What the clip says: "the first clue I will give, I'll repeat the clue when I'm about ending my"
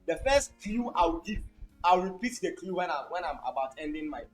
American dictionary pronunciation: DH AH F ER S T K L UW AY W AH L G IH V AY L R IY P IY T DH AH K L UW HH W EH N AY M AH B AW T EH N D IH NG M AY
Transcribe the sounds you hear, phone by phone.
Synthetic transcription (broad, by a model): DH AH F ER S T K L UW AY W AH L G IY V AY W R IY P IY T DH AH K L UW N W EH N AY M AH B AW T EH N D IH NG M AY